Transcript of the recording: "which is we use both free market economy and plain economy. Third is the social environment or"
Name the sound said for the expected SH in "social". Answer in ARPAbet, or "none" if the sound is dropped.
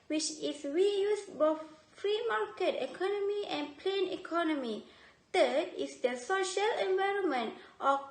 SH